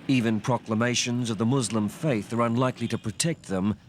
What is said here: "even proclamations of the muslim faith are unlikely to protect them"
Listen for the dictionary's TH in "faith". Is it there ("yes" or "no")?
yes